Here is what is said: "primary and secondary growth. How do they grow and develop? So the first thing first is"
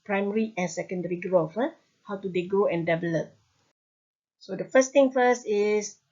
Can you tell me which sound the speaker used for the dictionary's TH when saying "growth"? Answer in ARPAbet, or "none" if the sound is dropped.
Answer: F